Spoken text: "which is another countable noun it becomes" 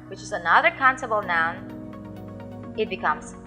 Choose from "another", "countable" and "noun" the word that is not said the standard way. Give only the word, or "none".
countable